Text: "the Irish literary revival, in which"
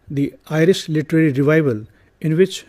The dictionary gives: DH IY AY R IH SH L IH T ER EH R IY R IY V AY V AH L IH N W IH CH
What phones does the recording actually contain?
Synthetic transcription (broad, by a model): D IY AY R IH S L IH T ER EH R IY R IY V AY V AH L IH N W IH CH